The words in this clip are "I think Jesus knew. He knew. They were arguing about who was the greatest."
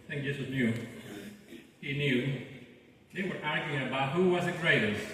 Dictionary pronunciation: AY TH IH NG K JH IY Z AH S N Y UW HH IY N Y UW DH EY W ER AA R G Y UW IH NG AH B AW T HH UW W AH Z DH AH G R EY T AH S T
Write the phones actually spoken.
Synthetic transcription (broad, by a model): TH IH NG K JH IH S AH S N Y UW HH IY N Y UW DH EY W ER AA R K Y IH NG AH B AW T HH UW W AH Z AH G R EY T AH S